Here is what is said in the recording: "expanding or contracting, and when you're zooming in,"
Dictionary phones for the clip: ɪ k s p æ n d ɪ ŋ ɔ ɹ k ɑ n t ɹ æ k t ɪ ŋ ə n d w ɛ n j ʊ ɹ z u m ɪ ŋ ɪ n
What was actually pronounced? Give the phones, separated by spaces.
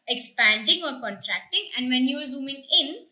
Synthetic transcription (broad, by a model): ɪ k s p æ n d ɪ ŋ ɔ ɹ k ɑ n t ɹ æ k t ɪ ŋ ə n d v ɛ n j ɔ ɹ z u m ɪ ŋ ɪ n